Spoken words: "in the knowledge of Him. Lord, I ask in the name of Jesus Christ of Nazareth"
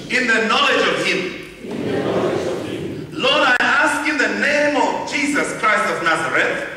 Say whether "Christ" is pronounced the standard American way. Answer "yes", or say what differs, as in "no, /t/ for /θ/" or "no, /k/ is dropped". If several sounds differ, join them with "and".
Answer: yes